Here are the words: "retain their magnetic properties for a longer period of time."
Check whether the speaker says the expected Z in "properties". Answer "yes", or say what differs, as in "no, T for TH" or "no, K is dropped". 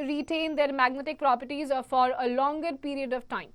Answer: yes